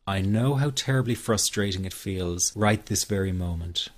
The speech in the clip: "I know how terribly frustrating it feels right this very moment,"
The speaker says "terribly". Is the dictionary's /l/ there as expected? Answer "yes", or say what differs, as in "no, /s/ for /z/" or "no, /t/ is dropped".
yes